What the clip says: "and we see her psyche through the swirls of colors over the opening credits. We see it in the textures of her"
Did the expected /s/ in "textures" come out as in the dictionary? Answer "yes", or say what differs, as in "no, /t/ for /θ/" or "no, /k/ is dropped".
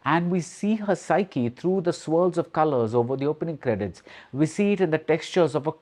yes